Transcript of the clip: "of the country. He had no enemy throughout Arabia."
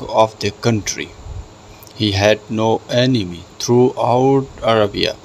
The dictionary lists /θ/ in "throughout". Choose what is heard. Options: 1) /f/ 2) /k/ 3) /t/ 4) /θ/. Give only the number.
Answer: 3